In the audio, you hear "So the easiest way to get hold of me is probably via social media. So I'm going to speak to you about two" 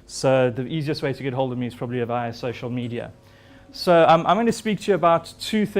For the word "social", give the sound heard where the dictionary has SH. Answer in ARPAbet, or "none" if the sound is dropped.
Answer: SH